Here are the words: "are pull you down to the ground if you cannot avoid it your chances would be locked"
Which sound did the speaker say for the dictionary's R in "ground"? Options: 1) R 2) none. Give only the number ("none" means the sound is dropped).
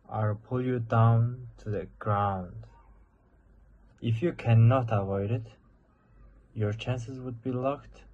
1